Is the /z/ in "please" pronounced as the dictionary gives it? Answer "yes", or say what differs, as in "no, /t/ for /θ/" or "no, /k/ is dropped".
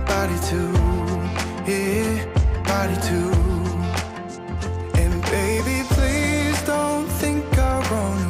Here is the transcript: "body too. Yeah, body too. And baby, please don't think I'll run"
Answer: yes